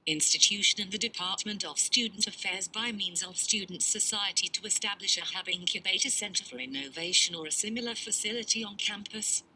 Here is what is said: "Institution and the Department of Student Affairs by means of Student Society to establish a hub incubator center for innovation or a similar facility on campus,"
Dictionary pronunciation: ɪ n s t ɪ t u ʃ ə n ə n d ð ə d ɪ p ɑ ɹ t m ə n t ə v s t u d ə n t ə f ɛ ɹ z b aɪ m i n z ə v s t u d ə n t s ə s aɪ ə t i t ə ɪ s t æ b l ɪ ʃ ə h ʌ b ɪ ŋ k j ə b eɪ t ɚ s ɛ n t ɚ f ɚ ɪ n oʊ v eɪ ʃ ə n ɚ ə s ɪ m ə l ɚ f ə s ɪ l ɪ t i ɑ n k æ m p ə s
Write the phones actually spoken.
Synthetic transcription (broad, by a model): ɪ n s t ɪ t u ʃ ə n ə n ð ə d ɪ p ɑ ɹ t m ə n t ə v s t u d n t ə f ɛ ɹ z b aɪ m i n z ə v s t u d n t s ə s aɪ ə t i t ə ɪ s t æ b l ɪ ʃ ə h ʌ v ɪ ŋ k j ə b eɪ t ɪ s ɛ n t ɚ f ɚ ɪ n oʊ v eɪ ʃ ə n ɚ ə s ɪ m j l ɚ f ə s ɪ l ɪ t i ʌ n k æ m p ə s